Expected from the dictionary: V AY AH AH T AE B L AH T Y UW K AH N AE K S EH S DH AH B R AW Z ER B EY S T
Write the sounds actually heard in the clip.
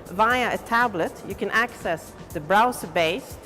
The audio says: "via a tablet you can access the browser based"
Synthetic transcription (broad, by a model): V AY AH AH T AE B L AH T Y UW K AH N AE K S EH S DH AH B R AW S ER B EY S